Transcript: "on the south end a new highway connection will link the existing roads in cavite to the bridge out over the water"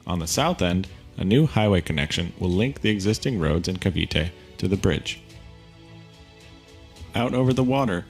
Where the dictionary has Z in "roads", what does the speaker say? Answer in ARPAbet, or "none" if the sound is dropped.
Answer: Z